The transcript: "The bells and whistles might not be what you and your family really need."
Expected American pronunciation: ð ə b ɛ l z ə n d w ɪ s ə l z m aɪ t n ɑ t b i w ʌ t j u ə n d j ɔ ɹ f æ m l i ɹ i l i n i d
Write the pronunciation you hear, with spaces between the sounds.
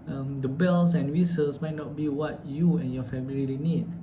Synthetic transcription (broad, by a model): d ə b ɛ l s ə n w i s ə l s m aɪ t n ɑ t b i w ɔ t j u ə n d j ɔ f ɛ m i l i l i n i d